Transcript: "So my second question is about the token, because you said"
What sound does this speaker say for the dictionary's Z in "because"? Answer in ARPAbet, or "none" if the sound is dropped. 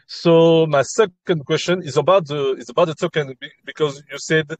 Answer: Z